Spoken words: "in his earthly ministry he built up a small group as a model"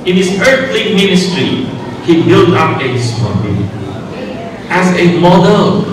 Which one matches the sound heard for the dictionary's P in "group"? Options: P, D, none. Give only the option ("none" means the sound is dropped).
none